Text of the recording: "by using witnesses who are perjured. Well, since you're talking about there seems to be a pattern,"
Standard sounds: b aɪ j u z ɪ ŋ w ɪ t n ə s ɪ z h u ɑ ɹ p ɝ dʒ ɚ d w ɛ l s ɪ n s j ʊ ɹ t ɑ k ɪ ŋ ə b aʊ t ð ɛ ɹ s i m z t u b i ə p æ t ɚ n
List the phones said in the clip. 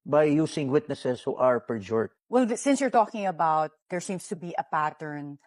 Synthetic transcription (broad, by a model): b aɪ j u s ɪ ŋ w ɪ t n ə s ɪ s h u ɑ ɹ p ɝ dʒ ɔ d w ɛ l s ɪ n s j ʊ ɹ t ɑ k ɪ ŋ ə b aʊ t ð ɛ ɹ s i m s t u b i ə p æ t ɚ n